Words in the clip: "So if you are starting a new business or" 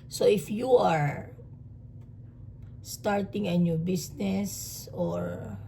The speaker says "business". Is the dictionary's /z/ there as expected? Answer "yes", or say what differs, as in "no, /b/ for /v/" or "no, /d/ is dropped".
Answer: no, /s/ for /z/